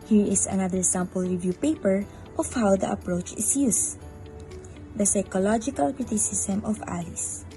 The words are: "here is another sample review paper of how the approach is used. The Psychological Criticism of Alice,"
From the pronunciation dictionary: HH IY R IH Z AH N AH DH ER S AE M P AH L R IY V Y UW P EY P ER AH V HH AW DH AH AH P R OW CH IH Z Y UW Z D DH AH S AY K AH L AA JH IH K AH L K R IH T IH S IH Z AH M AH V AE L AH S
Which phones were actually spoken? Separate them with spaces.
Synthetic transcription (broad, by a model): HH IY R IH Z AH N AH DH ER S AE M P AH L R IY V Y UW P EY P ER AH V HH AW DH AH AH P R OW CH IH S Y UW S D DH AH S AY K AH L AA JH IH K AH L K R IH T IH S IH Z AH M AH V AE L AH S